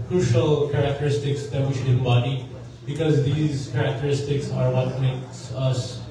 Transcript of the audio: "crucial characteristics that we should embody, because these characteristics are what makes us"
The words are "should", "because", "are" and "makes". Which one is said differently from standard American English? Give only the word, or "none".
none